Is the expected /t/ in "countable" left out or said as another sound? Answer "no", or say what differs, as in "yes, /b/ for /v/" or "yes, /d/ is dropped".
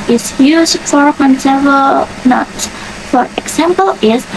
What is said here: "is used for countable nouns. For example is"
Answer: yes, /s/ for /t/